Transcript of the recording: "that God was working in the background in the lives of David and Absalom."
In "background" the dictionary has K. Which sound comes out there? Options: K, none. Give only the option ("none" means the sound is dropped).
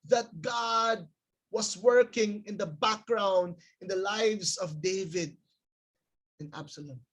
K